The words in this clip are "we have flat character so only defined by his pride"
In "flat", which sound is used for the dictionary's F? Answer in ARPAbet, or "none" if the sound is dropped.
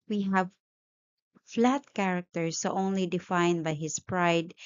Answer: F